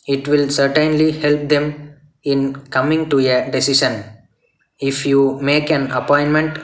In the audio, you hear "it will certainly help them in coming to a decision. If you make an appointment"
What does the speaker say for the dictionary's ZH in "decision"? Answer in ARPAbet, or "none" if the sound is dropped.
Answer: SH